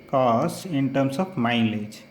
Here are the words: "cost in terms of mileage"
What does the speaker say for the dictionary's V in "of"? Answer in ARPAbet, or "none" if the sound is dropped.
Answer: B